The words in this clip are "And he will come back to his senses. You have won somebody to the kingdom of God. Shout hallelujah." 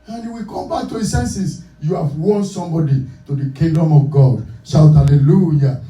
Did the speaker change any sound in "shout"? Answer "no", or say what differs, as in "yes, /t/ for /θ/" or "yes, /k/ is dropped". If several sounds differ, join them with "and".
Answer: yes, /s/ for /ʃ/